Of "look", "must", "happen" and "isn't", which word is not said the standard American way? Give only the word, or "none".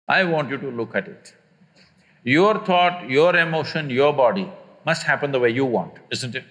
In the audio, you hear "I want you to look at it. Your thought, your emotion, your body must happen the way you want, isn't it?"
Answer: none